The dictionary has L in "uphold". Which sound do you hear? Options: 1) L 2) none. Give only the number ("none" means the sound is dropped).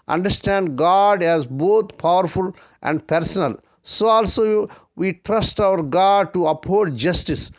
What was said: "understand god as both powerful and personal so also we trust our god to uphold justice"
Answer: 2